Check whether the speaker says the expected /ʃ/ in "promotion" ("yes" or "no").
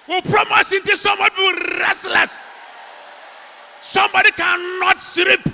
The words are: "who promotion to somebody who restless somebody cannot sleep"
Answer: no